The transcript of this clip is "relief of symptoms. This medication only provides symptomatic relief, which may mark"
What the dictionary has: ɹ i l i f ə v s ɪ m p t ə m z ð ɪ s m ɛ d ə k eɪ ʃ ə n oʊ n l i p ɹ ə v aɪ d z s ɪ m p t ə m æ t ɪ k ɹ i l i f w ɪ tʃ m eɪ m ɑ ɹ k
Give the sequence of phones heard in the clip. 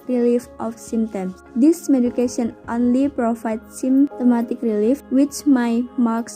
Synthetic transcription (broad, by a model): ɹ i l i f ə f s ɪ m t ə m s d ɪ s m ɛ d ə k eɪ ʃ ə n oʊ n l i p ɹ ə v aɪ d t s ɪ m t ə m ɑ t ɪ k ɹ i l i f w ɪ tʃ m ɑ m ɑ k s